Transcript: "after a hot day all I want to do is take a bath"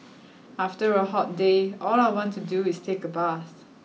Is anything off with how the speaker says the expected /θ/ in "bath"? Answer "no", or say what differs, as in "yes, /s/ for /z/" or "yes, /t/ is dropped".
yes, /s/ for /θ/